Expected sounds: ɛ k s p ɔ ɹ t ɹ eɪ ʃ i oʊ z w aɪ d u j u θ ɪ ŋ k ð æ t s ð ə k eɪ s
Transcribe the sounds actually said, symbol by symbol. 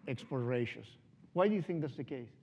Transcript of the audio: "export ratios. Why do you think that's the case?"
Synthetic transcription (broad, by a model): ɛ k s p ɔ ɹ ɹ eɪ ʃ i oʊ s w aɪ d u j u θ ɪ ŋ k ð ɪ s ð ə k eɪ s